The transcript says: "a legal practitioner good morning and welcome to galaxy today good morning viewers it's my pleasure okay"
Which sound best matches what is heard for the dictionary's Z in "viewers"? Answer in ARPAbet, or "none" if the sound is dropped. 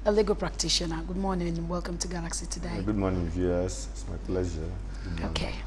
S